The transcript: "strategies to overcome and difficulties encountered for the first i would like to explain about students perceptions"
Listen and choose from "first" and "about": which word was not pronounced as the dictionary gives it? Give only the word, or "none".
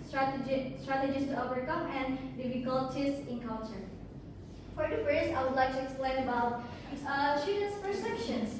first